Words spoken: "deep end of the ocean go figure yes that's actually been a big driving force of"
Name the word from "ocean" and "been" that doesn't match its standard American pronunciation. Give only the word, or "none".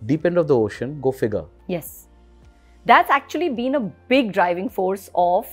none